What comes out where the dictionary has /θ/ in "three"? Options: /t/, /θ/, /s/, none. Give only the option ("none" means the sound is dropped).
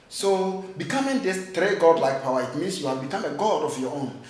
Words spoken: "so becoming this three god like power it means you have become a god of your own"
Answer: /t/